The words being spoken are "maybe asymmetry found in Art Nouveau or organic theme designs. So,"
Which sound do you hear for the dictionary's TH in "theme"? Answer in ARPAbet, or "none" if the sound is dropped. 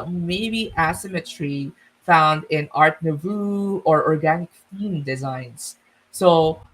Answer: F